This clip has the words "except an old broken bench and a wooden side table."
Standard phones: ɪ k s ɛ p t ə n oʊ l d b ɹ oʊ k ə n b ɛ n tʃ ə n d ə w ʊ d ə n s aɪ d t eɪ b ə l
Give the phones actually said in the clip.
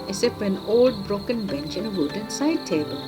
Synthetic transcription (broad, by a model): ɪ s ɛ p ə n oʊ l d b ɹ oʊ k ə n b ɛ n tʃ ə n ə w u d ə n s aɪ d t eɪ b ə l